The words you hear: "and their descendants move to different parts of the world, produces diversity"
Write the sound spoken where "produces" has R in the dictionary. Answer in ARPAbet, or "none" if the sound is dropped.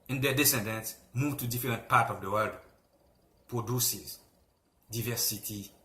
R